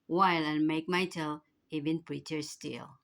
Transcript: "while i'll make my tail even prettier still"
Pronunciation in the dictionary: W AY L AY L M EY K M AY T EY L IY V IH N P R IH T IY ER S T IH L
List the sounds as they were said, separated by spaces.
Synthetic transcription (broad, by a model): W AY L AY N M EY K M AY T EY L IY V IH N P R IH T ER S T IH L